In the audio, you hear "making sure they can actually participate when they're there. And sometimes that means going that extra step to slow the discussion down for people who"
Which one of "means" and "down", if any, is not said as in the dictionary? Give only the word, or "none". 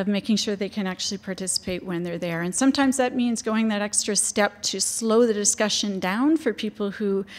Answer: none